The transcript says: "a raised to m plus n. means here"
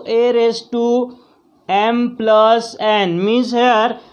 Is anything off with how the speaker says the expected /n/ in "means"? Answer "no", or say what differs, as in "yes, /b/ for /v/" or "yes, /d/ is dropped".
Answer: yes, /n/ is dropped